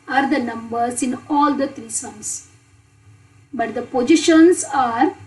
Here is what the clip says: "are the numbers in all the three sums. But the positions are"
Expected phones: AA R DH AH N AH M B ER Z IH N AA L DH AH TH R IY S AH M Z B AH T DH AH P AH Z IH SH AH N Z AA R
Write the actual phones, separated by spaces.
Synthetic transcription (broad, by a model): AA R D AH N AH M B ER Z IH N AA L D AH T R IY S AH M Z B AH T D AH P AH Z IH SH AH N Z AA R